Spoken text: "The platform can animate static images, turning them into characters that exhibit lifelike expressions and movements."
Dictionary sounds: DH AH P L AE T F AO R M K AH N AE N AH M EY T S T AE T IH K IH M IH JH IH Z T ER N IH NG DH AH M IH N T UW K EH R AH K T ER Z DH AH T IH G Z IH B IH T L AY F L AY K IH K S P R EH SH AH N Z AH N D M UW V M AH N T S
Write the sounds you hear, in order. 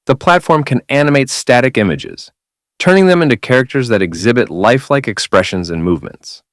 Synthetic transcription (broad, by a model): DH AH P L AE T F AO R M K AH N AE N AH M EY T S T AE T IH K IH M IH JH IH Z T ER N IH NG DH AH M IH N T UW K EH R AH K T ER Z DH AH T IH G Z IH B IH T L AY F L AY K IH K S P R EH SH AH N Z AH N M UW V M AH N T S